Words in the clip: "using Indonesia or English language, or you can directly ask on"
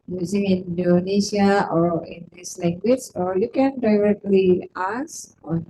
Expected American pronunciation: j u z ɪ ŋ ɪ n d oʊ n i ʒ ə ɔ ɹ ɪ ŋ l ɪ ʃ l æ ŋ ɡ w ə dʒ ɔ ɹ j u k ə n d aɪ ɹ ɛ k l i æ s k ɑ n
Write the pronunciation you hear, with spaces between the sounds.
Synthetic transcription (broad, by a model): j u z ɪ ŋ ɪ n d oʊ n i s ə ɔ ɹ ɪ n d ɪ s l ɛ ŋ ɡ w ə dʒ ɔ ɹ j u k ə n d aɪ ɹ ɛ k l i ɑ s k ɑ n